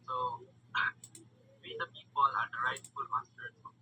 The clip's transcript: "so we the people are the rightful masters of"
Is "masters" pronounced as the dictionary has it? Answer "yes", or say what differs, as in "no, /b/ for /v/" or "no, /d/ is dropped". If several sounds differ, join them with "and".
no, /z/ is dropped